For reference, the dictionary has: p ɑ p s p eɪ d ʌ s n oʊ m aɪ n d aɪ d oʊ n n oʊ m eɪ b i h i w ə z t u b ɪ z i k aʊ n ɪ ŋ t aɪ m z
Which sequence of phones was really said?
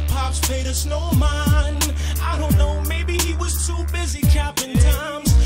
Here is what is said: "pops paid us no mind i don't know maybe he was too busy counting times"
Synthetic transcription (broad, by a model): p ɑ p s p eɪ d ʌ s n oʊ m aɪ n aɪ d oʊ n n oʊ m eɪ b i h i w ə z t u b ɪ z i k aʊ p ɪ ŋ t aɪ m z